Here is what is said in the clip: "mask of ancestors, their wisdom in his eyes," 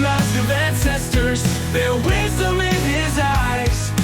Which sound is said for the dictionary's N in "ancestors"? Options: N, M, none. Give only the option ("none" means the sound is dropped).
N